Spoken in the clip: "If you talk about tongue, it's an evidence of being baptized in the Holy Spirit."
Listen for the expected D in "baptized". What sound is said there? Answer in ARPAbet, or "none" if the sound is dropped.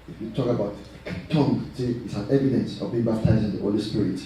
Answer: none